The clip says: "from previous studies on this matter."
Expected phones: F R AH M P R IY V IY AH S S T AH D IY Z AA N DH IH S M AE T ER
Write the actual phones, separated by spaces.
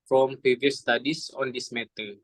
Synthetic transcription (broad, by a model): F R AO M P R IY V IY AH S S T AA D IY S AA N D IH S M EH T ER